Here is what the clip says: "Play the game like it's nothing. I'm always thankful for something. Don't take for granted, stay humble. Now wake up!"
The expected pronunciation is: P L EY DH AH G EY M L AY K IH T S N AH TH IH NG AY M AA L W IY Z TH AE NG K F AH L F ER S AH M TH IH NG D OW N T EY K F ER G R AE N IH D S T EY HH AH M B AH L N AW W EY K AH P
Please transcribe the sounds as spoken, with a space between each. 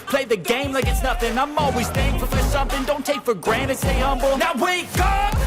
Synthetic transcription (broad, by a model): P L EY DH AH G EY M L AY K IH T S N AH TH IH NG AY M AA L W IY Z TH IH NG F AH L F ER S AH M TH IH NG D OW N T EY K F ER G R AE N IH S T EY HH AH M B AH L N AW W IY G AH